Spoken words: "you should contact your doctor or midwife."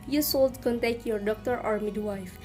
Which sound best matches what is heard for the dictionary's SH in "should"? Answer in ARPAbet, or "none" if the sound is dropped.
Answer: S